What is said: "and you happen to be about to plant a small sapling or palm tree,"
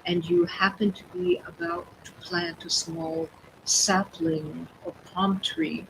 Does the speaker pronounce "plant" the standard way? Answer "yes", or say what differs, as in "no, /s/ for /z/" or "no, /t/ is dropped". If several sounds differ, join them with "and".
yes